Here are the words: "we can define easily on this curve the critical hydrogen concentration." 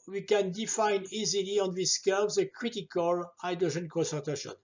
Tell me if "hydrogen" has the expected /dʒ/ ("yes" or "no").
no